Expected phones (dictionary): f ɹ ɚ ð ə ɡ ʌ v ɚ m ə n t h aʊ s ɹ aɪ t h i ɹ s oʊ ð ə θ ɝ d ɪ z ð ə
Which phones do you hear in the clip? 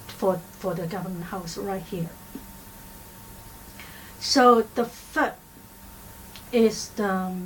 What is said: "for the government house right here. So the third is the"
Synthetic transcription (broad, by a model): f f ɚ ð ə ɡ ʌ v ɚ m ə n t h aʊ s ɹ aɪ t h i ɹ s oʊ ð ə f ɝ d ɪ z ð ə